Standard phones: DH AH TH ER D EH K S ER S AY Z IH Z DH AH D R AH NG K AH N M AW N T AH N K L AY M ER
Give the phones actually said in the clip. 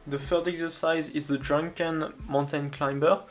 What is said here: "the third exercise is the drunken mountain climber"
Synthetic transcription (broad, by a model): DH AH F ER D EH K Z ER S AY Z IH Z DH AH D R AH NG K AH N M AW N T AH N K L AY M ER